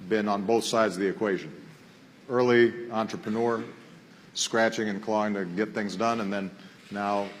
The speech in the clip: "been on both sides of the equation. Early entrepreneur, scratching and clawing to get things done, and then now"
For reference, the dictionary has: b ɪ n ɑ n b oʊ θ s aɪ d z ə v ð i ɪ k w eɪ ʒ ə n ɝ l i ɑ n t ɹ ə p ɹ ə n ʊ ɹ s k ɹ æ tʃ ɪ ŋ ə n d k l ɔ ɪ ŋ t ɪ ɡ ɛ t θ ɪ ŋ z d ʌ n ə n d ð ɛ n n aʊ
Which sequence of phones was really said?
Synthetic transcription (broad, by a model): b ɪ n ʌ n b oʊ θ s aɪ d z ə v ð i ɪ k w eɪ ʒ ə n ɝ l i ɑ n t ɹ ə p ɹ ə n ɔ ɹ s k ɹ æ tʃ ɪ ŋ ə n k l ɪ ɪ ŋ t ɪ ɡ ɛ t θ ɪ ŋ z d ʌ n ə n ð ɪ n n aʊ